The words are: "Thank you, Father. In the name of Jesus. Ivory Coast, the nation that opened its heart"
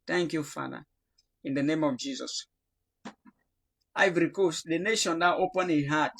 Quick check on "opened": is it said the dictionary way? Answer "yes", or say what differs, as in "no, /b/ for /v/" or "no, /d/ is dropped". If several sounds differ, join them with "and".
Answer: no, /d/ is dropped